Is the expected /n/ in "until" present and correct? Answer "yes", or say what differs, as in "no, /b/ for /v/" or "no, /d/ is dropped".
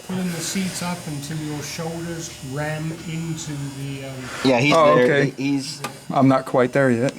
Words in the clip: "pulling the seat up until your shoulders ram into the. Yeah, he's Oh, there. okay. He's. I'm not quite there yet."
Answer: yes